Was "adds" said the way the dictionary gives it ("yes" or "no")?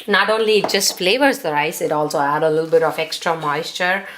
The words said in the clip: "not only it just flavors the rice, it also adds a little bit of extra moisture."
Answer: no